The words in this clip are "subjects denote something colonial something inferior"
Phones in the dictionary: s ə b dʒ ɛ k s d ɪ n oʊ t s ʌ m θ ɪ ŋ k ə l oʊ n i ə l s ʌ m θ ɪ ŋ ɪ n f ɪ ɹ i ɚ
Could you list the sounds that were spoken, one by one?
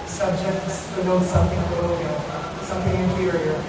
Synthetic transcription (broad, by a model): s ə b dʒ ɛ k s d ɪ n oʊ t s ʌ m θ ɪ ŋ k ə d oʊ i s ʌ m θ ɪ ŋ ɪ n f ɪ ɹ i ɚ